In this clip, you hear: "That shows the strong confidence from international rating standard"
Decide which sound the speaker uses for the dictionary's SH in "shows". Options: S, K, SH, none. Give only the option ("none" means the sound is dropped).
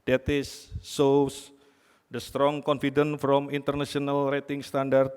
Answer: S